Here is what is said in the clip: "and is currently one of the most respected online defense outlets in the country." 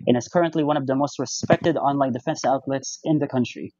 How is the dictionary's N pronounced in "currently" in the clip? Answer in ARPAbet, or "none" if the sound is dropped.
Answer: N